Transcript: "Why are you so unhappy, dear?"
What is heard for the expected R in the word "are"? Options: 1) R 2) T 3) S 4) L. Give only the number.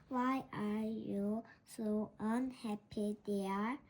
1